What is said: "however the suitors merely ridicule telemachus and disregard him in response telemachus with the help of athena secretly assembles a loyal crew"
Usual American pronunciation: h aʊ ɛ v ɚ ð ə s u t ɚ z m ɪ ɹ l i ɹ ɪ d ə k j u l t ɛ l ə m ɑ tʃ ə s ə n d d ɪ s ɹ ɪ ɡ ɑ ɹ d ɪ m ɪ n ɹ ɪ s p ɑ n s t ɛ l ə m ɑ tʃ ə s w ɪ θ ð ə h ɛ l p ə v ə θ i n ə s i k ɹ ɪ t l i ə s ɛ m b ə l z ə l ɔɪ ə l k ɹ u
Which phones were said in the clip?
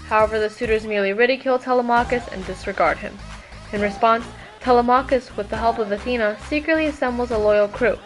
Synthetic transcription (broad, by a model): h aʊ ɛ v ɚ ð ə s u t ɚ z m ɪ ɹ l i ɹ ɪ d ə k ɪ l t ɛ l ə m ɑ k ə s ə n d d ɪ s ɹ ɪ ɡ ɑ ɹ d ɪ m ɪ n ɹ ɪ s p ɑ n s t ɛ l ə m ɑ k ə s w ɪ ð ə h ɛ l p ə v ə θ i n ə s i k ɹ ɪ t l i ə s ɛ m b l z ə l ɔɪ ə l k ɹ u